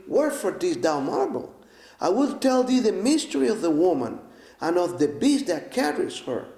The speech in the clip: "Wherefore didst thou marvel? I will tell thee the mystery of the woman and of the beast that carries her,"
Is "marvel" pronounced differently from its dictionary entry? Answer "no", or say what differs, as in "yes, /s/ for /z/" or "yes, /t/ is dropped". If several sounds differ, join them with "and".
yes, /v/ is dropped